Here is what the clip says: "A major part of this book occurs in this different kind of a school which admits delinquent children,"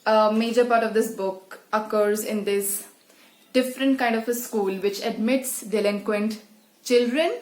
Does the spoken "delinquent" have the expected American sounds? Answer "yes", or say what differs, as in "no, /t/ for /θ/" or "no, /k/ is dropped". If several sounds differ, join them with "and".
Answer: yes